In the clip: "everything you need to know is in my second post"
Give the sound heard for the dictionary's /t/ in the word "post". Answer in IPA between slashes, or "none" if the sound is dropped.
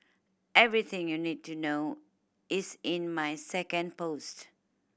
/t/